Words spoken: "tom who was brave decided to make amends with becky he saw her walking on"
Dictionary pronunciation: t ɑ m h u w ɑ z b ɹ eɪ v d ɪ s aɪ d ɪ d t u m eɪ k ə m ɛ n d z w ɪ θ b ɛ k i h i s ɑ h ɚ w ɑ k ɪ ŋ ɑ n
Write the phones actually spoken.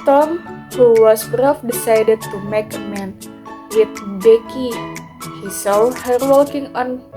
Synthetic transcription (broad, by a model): t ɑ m h u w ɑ s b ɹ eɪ f d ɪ s aɪ d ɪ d t u m eɪ k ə m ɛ n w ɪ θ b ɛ k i h i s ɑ h ɚ w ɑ k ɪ ŋ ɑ n